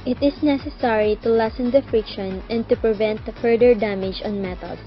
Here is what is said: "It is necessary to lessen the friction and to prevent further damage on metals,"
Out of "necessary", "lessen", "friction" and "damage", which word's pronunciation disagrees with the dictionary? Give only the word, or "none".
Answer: none